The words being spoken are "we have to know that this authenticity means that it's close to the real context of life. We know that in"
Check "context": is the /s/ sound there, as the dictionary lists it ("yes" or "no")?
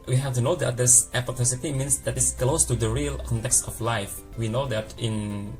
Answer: yes